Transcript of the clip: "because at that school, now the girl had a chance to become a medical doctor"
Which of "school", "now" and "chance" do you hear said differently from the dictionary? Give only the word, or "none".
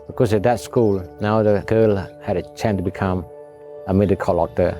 chance